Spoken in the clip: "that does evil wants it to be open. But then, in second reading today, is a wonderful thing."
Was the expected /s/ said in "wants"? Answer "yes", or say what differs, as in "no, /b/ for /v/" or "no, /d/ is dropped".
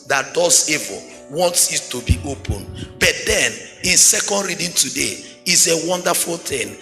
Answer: yes